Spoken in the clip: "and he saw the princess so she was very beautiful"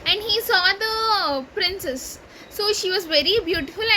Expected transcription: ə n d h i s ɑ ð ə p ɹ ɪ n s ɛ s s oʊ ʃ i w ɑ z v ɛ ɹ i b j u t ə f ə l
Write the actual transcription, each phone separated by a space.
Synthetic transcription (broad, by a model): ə n d h i s ɑ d ə p ɹ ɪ n s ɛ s s oʊ ʃ i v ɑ z v ɛ ɹ i b j u t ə f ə l